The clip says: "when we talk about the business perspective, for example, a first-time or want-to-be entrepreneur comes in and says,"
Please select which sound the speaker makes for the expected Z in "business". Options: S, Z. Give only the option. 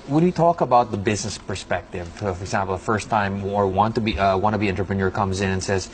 Z